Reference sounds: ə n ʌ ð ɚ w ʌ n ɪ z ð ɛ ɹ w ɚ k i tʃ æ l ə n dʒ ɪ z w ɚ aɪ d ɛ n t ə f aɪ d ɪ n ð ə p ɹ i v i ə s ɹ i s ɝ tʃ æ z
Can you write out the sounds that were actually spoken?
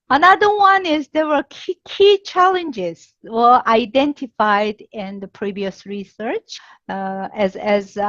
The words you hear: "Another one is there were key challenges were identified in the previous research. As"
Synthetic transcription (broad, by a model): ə n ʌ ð ɚ w ʌ n ɪ z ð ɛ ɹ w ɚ k i tʃ æ l ə n dʒ ɪ z w ɚ aɪ d ɛ n t ə f aɪ d ɪ n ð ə p ɹ i v i ə s ɹ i s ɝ tʃ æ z